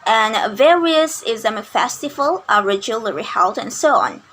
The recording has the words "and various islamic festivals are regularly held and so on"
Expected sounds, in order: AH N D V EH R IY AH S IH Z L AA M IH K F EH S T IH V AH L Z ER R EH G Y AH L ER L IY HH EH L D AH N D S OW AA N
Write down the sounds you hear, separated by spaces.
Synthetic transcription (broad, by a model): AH N V EH R IY AH S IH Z AA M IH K F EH S T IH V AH L ER R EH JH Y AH L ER IY HH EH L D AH N S OW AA N